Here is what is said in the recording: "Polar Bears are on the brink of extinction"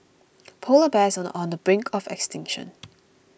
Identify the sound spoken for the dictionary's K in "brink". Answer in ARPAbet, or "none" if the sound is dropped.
K